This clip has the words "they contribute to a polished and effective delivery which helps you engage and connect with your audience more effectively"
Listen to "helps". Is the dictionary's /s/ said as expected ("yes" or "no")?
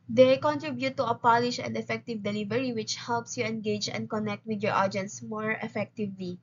yes